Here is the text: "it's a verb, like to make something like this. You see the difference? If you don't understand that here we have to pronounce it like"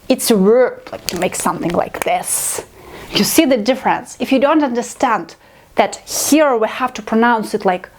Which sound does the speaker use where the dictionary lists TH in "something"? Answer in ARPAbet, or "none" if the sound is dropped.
TH